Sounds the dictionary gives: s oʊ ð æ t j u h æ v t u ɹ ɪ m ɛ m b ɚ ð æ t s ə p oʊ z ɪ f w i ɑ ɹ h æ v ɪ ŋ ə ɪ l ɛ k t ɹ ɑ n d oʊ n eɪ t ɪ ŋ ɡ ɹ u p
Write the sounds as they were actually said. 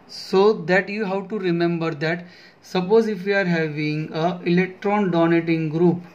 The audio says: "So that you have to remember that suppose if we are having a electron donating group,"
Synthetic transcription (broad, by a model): s oʊ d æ t j u h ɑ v t u ɹ ɪ m ɛ m b ɚ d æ t s ə p oʊ z ɪ f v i ɑ ɹ h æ v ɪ ŋ ə ɪ l ɛ k t ɹ ɑ n d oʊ n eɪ t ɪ ŋ ɡ ɹ u p